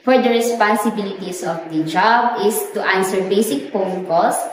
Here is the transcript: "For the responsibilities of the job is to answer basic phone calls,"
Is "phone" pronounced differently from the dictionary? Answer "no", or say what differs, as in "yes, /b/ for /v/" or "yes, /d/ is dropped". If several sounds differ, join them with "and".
yes, /p/ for /f/